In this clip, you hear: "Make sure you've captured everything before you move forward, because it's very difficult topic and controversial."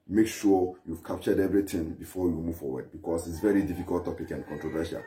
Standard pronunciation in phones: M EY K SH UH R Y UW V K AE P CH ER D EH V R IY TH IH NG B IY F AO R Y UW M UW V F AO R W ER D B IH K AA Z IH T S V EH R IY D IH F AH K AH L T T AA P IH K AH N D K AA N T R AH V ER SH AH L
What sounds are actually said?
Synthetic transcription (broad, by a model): M EY K SH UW Y UW V K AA P CH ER D EH V R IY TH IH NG B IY F AO Y UW M UW V F AO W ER D B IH K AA S IH T S V EH R IY D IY F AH K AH L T T AA P IH K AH N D K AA N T R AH V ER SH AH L